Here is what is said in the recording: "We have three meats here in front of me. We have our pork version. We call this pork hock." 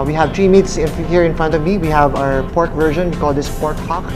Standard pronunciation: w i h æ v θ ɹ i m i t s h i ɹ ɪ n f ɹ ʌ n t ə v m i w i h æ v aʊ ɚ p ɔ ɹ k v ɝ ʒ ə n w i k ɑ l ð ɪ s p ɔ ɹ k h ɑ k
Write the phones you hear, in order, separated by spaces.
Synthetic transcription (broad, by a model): w i h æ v t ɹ i m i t s h i ɹ ɪ n f ɹ ʌ n t ə v m i w i h æ v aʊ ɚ p ɔ ɹ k v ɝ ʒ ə n w i k ɑ l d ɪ s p ɔ ɹ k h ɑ k